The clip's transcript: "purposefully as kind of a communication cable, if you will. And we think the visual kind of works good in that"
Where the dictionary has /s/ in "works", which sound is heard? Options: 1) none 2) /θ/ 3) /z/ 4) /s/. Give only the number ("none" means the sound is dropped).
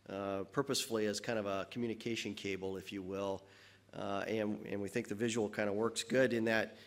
4